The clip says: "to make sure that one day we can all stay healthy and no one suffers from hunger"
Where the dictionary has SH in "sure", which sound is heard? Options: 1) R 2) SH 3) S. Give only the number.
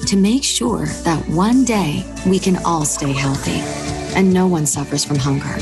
2